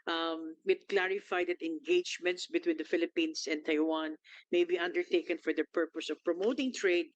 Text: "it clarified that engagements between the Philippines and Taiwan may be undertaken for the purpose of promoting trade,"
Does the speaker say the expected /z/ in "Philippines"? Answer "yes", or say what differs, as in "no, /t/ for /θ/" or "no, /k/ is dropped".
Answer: no, /s/ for /z/